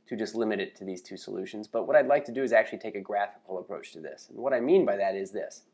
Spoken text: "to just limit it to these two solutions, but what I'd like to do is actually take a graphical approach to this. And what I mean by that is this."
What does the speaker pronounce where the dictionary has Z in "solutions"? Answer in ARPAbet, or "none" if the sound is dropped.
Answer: Z